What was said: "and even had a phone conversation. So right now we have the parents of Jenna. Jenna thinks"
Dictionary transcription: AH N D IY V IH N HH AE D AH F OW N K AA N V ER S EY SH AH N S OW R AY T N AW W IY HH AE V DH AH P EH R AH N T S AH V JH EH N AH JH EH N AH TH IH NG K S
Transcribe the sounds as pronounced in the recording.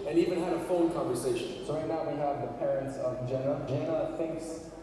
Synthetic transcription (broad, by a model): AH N IY V IH N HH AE D AH F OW L K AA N V ER S EY SH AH N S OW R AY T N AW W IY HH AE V DH AH P EH R AH N T S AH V JH EH N AH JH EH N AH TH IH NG K S